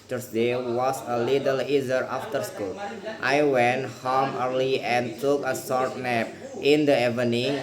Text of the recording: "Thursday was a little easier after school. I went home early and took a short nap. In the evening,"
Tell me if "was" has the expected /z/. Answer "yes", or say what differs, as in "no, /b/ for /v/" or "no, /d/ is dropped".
no, /s/ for /z/